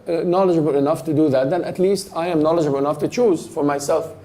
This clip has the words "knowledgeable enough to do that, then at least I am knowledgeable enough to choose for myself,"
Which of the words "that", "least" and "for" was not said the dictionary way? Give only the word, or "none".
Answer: none